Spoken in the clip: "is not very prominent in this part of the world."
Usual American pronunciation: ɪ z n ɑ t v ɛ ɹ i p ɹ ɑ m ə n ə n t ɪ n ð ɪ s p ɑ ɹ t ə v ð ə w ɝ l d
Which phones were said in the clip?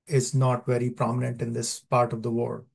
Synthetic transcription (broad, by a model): ɪ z n ɑ t v ɛ ɹ i p ɹ ɑ m ə n ə n t ɪ n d ɪ s p ɑ ɹ t ə v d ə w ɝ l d